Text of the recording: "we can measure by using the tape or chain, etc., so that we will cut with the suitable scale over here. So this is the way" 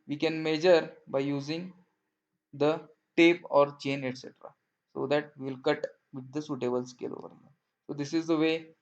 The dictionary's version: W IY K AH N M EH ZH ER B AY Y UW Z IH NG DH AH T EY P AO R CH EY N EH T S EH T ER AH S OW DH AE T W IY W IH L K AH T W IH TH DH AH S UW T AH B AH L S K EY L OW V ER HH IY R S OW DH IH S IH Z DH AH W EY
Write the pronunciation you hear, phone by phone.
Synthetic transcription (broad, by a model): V IY K AH N M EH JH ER B AY Y UW Z IH NG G AH T EY P AO R CH EY N EH T S EH T ER AH S OW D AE T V IY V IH L K AH T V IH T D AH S UW T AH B AH L S K EY L OW V ER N S OW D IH S IH Z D AH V EY